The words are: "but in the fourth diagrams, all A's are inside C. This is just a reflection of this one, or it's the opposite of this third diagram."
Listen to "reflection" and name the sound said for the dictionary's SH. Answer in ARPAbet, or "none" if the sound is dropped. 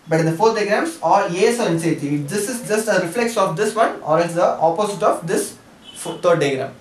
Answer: S